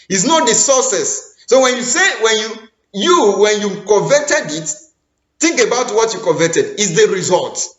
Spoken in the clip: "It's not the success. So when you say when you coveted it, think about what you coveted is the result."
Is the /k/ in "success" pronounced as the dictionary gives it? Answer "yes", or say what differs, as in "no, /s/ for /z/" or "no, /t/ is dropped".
no, /k/ is dropped